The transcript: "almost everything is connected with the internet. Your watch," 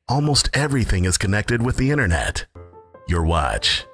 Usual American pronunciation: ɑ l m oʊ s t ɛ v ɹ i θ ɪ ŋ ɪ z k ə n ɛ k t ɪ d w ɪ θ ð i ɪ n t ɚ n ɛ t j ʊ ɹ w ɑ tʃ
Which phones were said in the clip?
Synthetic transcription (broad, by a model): ɑ l m oʊ s t ɛ v ɹ i θ ɪ ŋ ɪ z k ə n ɛ k t ɪ d w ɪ ð i ɪ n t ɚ n ɛ t j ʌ ɹ w ɑ tʃ